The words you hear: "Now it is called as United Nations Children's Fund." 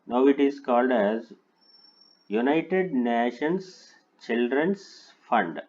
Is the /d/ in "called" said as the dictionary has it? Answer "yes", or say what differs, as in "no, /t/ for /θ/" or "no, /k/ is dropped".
yes